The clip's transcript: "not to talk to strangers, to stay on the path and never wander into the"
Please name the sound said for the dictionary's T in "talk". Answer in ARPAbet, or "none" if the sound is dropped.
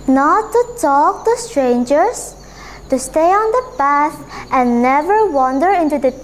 T